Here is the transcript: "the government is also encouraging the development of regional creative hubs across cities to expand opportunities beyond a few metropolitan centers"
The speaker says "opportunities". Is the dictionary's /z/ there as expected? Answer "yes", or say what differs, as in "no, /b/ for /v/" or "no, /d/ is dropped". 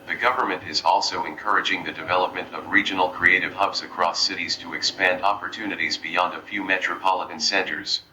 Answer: yes